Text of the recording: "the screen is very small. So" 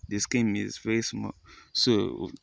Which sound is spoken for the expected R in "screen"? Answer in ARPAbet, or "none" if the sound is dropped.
none